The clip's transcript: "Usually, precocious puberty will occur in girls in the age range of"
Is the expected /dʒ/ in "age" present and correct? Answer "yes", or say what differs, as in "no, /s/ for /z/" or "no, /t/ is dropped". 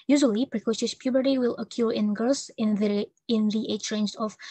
no, /tʃ/ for /dʒ/